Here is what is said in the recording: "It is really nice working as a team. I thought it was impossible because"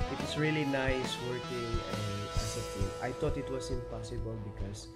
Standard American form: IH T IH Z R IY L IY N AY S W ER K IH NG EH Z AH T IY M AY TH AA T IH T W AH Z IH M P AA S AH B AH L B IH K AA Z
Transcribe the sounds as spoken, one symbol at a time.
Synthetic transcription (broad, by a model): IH T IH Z R IY L IY N AY S W ER K IH NG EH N AH S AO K AY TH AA T IH T W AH S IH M P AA S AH B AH L B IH K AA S